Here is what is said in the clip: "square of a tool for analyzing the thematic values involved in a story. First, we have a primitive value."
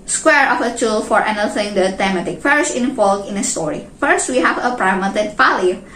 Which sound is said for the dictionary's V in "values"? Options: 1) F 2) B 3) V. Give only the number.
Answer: 1